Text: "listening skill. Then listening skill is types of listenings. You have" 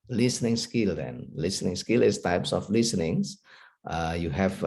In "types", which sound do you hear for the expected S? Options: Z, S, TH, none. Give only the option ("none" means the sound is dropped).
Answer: S